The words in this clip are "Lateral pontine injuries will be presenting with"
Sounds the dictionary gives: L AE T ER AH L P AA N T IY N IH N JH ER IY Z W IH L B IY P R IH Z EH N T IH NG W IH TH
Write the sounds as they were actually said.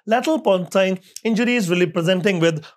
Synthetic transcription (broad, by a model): L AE T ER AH L P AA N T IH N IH N JH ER IY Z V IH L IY P R IH Z EH N T IH NG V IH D